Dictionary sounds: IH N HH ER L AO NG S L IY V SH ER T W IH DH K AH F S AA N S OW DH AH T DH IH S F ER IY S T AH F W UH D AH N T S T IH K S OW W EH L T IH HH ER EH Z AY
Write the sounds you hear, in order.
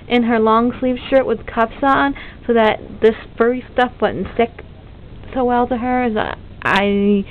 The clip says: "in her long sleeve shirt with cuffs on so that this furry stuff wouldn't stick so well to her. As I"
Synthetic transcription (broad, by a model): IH N ER L AO NG S L IY V SH ER T W IH DH K AH P S N S OW DH AH T DH IH S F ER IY S T AH F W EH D N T S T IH K S OW W EH L T IH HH ER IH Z AY